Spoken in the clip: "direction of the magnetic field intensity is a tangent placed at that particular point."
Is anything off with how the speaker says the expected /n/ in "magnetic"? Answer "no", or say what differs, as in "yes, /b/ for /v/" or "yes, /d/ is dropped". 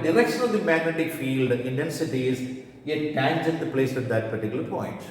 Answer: no